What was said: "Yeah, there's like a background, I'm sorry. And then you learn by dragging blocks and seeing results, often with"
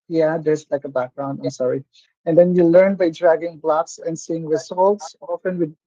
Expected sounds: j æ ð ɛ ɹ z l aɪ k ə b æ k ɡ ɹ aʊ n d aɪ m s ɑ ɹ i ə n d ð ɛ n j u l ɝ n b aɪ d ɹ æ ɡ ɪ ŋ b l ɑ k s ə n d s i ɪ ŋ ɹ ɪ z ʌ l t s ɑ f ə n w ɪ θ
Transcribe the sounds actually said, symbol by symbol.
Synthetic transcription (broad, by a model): j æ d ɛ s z l aɪ k ə b æ k ɡ ɹ aʊ n d aɪ m s ɑ ɹ i ə n d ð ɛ n j u l ɝ n b aɪ d ɹ æ ɡ ɪ ŋ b l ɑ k s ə n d s i ɪ ŋ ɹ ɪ s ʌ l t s ɑ f ə n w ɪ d